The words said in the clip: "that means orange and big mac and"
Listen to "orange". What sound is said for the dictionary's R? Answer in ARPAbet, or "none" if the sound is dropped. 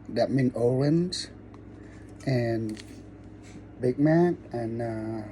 L